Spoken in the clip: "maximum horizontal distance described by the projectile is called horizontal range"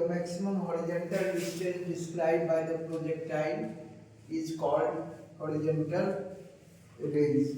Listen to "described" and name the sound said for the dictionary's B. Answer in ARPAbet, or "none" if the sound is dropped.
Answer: none